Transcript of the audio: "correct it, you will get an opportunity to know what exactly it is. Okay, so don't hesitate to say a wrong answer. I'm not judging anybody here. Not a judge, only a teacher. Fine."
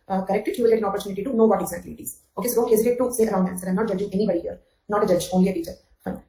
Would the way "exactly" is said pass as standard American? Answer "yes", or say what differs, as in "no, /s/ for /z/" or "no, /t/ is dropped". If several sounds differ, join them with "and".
no, /l/ is dropped